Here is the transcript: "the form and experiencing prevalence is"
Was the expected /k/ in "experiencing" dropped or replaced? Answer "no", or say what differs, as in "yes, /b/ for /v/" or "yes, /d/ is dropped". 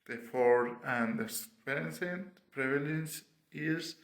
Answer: yes, /k/ is dropped